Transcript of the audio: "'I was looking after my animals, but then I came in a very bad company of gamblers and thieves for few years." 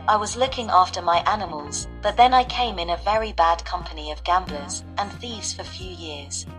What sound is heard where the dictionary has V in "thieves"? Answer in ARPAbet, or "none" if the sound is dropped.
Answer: V